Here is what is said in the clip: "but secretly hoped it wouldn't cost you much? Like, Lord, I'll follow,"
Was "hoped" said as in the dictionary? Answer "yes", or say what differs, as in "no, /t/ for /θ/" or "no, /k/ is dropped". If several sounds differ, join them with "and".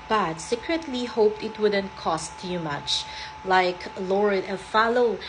yes